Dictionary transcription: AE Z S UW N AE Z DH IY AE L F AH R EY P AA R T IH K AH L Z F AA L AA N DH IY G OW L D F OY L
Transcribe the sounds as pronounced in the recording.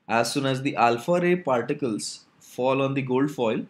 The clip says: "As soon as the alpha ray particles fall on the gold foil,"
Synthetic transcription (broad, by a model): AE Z S UW N AE Z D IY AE L F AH R EY P AA R T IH K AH L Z F AA L AA N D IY G OW L D F OY L